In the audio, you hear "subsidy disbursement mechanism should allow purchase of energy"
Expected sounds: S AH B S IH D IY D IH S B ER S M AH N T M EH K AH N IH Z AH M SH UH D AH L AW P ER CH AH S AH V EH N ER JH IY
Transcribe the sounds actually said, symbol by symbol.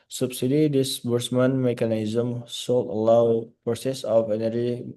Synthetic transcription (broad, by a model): S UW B S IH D IY D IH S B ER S M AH N M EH K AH N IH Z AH M S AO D AH L AW P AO S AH S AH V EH N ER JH IY